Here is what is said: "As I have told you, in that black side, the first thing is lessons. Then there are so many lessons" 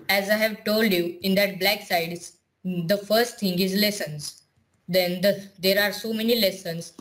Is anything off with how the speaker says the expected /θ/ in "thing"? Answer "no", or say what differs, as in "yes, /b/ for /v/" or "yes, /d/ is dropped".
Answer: yes, /t/ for /θ/